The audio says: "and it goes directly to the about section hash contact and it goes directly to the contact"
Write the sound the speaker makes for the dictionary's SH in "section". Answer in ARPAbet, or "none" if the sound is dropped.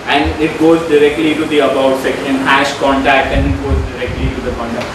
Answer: none